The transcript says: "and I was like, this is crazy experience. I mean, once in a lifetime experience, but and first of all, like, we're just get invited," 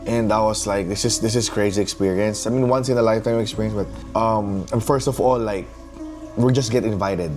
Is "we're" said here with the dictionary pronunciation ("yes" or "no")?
no